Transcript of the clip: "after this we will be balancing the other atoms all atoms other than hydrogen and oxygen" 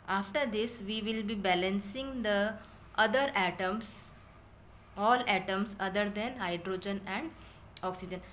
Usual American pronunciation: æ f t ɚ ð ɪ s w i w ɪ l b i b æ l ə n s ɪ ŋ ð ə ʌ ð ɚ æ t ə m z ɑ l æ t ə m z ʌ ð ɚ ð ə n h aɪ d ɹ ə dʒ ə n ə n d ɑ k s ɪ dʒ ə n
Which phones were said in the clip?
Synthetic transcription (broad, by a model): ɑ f t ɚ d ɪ s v i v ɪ l b i b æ l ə n s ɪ ŋ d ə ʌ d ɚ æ t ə m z ɑ l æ t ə m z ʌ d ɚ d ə n h aɪ d ɹ ə dʒ ə n ə n d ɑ k s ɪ dʒ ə n